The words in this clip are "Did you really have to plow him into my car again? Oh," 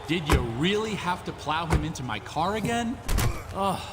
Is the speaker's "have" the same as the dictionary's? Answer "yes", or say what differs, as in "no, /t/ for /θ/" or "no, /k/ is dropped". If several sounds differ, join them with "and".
no, /f/ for /v/